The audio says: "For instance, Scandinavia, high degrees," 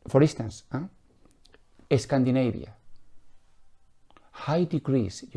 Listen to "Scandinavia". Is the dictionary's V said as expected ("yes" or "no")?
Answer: no